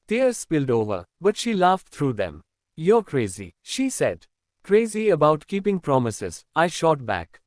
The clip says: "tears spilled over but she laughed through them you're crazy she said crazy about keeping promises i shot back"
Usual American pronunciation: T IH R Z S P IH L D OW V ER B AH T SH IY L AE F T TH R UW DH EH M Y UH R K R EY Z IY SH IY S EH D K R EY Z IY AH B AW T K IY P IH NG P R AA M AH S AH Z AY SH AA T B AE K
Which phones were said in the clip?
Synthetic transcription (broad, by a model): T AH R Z S P IH L D OW V ER B AH T SH IY L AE F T T R UW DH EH M Y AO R K R EY Z IY SH IY S EH D K R EY Z IY AH B AW T K IY P IH NG P R AA M AH S AH Z AY SH AA T B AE K